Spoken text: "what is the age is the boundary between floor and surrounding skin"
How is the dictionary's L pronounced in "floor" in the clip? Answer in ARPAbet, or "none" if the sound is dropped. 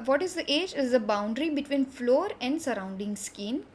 L